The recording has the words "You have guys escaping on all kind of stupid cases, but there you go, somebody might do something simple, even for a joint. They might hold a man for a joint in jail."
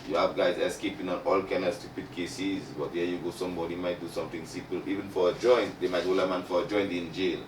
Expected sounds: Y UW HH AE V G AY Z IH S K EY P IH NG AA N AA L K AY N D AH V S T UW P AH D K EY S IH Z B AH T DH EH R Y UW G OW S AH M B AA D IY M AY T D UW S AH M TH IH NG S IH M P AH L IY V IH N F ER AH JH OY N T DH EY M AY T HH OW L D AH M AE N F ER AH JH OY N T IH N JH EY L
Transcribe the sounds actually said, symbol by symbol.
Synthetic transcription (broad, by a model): Y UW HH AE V G AY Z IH S K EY P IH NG AA N AA L K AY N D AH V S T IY P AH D K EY S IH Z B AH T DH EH Y UW G OW S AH M B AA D IY M AY T D UW S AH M T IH NG S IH M P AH L IY V IH N F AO AH JH OY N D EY M AY T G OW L AH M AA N F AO AH JH OY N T IH N JH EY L